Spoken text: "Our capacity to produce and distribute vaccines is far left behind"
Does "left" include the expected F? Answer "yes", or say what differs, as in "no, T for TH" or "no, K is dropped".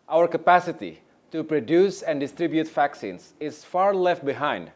yes